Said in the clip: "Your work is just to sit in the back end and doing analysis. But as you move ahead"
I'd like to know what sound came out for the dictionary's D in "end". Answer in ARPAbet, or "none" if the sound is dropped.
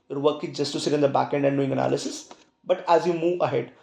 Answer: D